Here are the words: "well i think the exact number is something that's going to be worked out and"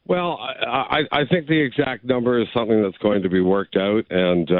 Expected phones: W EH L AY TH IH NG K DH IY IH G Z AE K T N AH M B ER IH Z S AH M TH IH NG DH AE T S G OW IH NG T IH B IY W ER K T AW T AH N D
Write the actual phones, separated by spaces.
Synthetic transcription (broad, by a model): W EH L AY TH IH NG K DH IY IH G Z AE K T N AH M B ER IH Z S AH M TH IH NG DH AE T S G OW IH NG T IH B IY W ER K T AW T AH N